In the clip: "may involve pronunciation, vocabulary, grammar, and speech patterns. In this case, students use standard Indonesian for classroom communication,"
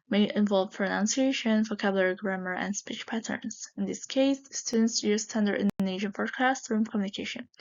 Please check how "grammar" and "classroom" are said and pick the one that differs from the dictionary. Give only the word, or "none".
classroom